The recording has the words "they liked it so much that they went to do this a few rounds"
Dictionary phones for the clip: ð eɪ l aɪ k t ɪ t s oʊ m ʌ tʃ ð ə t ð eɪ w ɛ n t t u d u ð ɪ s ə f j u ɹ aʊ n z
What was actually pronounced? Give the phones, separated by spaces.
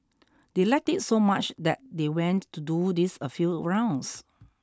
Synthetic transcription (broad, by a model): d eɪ l aɪ k t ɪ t s oʊ m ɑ tʃ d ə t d eɪ w ɛ n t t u d u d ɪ s ə f j u ɹ aʊ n s